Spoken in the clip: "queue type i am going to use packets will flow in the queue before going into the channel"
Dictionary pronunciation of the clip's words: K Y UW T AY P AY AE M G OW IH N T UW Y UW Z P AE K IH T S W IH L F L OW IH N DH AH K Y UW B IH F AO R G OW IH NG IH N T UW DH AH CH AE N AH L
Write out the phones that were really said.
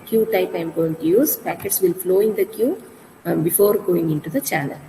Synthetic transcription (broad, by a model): K Y UW T AY P AY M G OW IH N T UW Y UW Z P AE K IH T S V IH L F L OW IH N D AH K Y UW B IH F AO R G OW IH NG IH N T UW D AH CH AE N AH L